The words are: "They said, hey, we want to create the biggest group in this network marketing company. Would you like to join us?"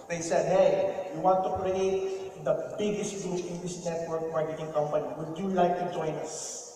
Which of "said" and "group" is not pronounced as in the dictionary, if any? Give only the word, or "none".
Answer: group